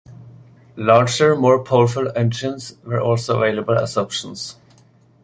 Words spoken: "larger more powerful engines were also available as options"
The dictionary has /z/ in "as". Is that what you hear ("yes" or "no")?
no